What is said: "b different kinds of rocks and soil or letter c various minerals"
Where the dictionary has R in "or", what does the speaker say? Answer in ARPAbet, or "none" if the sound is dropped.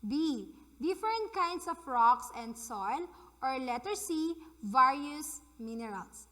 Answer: R